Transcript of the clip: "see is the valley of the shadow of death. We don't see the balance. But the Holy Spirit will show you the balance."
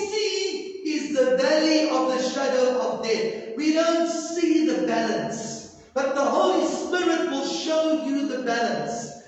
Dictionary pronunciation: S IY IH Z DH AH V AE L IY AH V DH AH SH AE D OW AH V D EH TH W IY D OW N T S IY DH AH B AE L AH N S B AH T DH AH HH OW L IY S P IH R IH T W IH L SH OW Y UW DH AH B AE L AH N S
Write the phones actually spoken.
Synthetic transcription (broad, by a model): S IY IH Z DH AH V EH L IY AH V DH AH SH AE D OW AH V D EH T W IY D OW N T S IY DH AH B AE L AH N S B AH T DH AH HH OW L IY S P IH R IH T W IH L SH OW Y UW DH AH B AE L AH N S